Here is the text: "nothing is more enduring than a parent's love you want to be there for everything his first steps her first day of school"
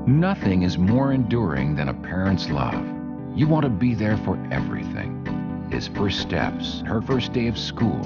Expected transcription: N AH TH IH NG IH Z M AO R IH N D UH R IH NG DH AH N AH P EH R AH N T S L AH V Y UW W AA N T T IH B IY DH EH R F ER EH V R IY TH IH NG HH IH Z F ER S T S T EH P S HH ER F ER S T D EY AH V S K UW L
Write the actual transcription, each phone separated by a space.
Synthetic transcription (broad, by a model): N AH TH IH NG IH Z M AO R IH N D UH R IH NG DH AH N AH P EH R AH N T S L AH V Y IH W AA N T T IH B IY DH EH R F ER EH V R IY TH IH NG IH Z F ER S S T EH P S HH ER F ER S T D EY AH V S K UW L